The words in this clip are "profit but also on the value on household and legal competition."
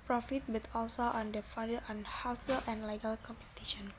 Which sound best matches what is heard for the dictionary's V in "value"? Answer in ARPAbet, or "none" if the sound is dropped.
F